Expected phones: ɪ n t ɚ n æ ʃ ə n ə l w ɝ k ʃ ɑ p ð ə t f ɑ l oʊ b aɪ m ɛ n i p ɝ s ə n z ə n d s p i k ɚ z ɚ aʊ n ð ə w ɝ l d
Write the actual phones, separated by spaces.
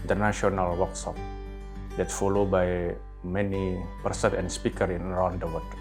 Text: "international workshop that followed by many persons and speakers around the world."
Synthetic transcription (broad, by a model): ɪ n t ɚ n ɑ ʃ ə n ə l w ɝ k s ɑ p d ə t f ɑ l oʊ b aɪ m ɛ n i p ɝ s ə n ə n s p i k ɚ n ɚ aʊ n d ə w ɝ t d